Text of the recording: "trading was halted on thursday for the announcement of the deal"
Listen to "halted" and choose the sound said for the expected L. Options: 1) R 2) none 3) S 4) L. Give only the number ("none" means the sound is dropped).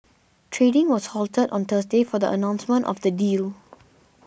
4